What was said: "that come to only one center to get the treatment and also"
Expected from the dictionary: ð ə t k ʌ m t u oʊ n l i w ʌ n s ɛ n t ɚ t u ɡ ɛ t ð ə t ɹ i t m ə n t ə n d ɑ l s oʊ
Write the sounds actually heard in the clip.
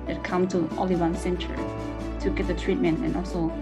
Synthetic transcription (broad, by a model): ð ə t k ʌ m t u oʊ l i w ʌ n s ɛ n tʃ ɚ t u ɡ ɛ t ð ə t ɹ i t m ə n t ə n ɑ l s oʊ